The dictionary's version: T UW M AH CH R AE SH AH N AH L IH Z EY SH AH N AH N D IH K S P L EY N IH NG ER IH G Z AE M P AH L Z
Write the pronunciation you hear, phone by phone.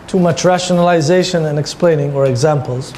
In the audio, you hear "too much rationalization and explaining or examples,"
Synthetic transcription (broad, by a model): T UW M AH CH R AE SH AH N AH L IH Z EY SH AH N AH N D IH K S P L EY N IH NG ER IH G Z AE M P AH L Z